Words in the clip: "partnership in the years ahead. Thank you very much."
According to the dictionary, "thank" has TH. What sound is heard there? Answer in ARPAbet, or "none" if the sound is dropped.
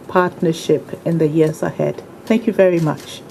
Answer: TH